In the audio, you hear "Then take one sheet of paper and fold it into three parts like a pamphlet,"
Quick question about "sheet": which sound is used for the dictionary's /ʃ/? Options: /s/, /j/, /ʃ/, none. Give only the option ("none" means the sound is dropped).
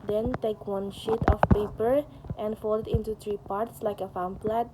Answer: /ʃ/